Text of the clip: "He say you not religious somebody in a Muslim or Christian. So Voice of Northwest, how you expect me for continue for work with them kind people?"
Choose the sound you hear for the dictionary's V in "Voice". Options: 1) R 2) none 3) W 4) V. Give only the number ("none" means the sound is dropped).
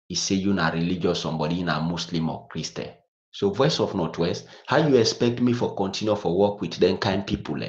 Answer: 4